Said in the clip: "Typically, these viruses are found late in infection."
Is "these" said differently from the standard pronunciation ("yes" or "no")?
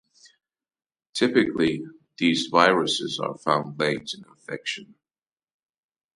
no